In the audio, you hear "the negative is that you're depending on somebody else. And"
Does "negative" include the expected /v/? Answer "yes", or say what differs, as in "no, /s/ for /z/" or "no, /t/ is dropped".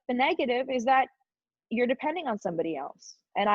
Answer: yes